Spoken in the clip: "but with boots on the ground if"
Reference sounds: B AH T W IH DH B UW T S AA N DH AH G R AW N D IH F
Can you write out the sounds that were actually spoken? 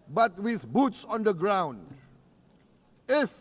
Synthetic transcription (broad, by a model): B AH T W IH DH B UW T S AA N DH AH G R AW N D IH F